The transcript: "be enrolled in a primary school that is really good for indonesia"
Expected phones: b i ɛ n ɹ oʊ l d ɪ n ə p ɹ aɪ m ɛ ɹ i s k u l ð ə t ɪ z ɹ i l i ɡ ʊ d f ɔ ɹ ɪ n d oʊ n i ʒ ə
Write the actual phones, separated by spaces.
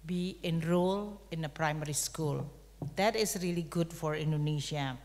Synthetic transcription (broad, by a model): b i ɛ n ɹ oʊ l ɪ n ə p ɹ aɪ m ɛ ɹ i s k u l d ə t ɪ s ɹ i l i ɡ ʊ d f ɔ ɹ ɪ n d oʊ n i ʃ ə